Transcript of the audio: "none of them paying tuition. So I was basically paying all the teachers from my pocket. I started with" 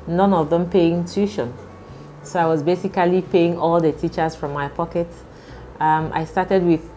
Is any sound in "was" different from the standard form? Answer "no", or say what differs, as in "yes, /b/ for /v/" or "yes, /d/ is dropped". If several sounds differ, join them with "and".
no